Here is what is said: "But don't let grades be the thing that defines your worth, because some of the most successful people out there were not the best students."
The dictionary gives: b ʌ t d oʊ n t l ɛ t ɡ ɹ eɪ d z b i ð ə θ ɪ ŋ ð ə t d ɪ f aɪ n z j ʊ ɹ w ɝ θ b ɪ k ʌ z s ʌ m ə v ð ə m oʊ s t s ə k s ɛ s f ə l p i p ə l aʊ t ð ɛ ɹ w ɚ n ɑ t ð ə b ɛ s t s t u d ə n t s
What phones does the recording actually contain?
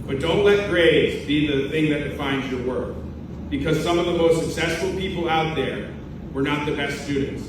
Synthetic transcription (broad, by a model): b ʌ t d oʊ n t l ɛ t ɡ ɹ eɪ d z b i ð ə θ ɪ ŋ ð ə t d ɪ f aɪ n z j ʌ ɹ w ɝ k b ɪ k ʌ z s ʌ m ə v ð ə m oʊ s t s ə k s ɛ s f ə l p i p l aʊ t ð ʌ ɹ w ɚ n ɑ t ð ə b ɛ s t s t u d n t s